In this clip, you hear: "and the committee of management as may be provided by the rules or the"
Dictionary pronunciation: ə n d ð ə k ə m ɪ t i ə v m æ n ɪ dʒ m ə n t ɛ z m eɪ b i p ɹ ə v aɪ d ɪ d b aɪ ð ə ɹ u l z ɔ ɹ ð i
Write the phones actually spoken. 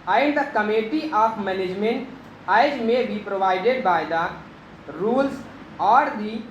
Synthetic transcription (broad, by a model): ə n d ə k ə m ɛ t i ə p m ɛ n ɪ dʒ m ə n t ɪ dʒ m eɪ b i p ɹ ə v aɪ d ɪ d b aɪ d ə ɹ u l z ɔ ɹ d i